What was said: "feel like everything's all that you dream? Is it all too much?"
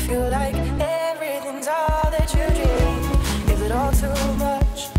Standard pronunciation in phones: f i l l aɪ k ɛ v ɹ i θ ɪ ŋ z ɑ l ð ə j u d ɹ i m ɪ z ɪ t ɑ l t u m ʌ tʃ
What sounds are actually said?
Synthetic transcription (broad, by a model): f i l l aɪ k ɛ v ɹ i θ ɪ ŋ z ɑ ð ə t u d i ɪ z ɪ t ɑ l t u m ʌ tʃ